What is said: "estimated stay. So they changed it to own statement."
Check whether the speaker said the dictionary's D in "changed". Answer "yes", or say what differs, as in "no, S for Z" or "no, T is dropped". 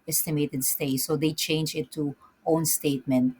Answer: no, D is dropped